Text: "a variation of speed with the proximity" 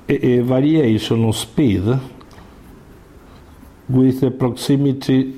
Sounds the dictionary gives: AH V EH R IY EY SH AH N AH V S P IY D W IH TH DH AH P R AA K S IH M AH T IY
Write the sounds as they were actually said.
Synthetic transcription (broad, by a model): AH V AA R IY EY S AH N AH S P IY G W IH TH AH P R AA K S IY M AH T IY